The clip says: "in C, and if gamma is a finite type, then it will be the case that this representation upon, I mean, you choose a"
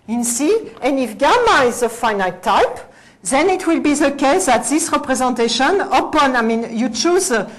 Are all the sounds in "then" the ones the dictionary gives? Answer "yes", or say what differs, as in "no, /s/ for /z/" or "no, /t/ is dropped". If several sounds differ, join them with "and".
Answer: yes